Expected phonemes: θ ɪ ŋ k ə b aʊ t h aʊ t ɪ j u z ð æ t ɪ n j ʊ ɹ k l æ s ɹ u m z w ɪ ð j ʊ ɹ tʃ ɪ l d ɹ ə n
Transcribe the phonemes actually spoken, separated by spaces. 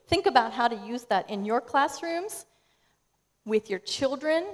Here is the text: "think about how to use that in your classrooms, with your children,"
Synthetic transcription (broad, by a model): θ ɪ ŋ k ə b aʊ t h aʊ t ɪ j u z ð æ t ɪ n j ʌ ɹ k l æ s ɹ u m z w ɪ ð j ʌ ɹ tʃ ɪ l d ɹ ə n